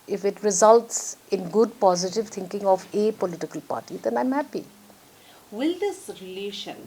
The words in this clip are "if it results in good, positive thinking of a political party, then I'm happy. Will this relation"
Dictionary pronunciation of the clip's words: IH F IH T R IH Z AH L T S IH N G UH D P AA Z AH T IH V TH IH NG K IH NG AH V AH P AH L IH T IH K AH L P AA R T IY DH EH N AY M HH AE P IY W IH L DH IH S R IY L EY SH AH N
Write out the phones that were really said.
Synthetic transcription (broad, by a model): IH F IH T R IH Z AH L T S IH N G UH D P AA Z AH T IH V T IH NG K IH NG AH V AH P AH L IH T IH K AH L P AA R T IY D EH N AY M HH AE P IY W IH L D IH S R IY L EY SH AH N